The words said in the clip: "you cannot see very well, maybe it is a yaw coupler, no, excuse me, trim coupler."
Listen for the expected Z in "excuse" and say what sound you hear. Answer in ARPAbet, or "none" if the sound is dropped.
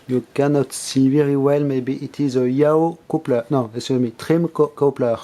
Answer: none